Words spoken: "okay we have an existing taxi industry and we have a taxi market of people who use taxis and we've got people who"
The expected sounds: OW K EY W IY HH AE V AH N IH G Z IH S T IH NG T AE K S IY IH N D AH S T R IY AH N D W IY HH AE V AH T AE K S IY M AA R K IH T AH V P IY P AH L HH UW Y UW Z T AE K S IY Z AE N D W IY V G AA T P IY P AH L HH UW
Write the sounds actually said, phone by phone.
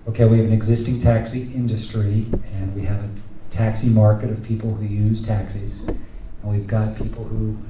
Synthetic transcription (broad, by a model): OW K EY W IY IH V AH N IH G Z IH S T IH NG T AE K S IY IH N D AH S T R IY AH N W IY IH V AH T AE K S IY M AA R K IH T AH V P IY P L HH UW Y UW Z T AE K S IY Z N W IY V G AA T P IY P L HH UW